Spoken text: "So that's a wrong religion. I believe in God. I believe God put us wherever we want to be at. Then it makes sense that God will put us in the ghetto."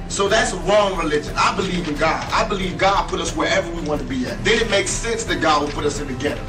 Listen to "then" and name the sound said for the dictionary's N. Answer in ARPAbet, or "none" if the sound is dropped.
none